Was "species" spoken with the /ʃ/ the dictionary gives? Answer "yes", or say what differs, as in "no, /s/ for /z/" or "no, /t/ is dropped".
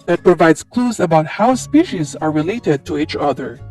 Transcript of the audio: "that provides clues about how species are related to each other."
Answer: yes